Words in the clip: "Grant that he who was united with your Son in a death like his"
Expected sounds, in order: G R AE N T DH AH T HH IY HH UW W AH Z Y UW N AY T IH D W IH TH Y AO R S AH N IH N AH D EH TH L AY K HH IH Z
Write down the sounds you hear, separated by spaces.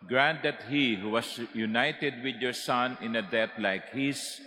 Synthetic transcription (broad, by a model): G R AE N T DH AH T HH IY HH UW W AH S Y UW N AY T IH D W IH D Y AO R S AH N IH N AH D EH T L AY K HH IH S